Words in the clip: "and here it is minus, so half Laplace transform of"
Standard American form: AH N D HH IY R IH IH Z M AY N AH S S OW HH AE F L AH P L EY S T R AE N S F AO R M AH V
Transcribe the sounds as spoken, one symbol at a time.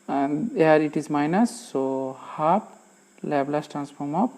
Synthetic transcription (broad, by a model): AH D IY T IH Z M AY N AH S S OW HH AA P L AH B L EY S T R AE N S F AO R M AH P